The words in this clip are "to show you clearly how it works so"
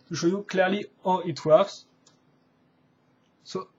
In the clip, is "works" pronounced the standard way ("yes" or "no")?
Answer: no